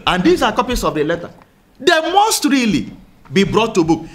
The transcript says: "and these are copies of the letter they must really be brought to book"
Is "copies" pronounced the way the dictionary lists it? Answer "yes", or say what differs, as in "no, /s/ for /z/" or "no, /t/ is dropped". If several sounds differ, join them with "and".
no, /s/ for /z/